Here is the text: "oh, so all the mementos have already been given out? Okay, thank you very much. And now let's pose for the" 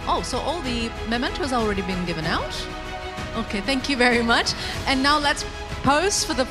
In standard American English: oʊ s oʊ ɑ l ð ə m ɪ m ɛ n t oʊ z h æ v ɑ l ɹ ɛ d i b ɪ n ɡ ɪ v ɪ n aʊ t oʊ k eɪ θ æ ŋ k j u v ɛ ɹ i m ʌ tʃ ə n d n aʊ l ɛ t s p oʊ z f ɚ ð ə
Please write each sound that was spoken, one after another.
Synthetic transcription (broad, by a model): oʊ s oʊ ɑ l ð ə m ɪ m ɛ n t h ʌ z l ɹ ɛ d i b ɪ n ɡ ɪ v ɪ n aʊ t oʊ k eɪ θ æ ŋ k j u v ɛ ɹ i m ʌ tʃ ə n n aʊ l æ t s p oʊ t f ɚ ð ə